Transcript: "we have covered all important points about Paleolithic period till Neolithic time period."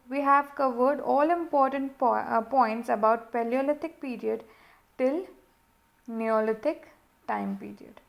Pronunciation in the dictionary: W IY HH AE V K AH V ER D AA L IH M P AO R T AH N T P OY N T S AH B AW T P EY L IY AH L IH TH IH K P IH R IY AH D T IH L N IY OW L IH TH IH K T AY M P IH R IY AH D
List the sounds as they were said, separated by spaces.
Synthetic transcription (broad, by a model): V IY HH AE V K AH V ER D AA L IH M P AO R T AH N T P OY N T S AH B AW T P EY L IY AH L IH T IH K P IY R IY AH D T IH L N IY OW L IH T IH K T AY M P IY R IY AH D